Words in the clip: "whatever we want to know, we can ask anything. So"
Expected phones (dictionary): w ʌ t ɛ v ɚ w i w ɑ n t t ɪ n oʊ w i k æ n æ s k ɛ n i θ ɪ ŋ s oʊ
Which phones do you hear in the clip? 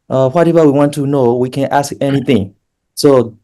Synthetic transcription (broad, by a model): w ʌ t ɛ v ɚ w i w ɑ n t t ɪ n oʊ w i k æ n æ s k ɛ n i θ ɪ ŋ s oʊ